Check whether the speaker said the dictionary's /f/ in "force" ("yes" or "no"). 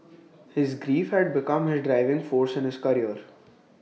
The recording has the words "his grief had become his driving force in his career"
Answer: yes